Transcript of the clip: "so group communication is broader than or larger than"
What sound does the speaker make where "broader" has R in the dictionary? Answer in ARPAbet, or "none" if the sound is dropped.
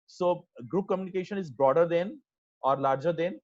R